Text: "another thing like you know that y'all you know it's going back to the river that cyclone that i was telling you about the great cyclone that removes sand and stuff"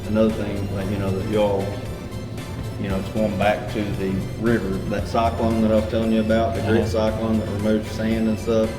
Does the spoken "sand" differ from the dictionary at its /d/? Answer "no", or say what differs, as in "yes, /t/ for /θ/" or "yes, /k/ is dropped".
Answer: no